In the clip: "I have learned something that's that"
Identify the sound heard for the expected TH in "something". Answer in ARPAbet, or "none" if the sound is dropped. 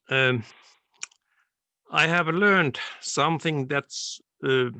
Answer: TH